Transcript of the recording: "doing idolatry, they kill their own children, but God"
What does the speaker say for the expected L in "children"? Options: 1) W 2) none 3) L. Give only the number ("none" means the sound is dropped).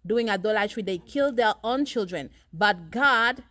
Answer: 3